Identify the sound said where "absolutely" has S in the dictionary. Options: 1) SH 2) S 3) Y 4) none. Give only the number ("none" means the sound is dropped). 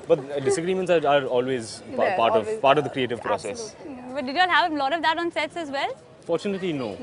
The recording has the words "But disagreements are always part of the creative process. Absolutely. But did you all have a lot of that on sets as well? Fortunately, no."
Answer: 4